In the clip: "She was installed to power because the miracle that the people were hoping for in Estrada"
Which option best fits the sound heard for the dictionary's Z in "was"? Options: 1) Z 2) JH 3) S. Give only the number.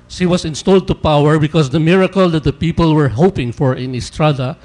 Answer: 3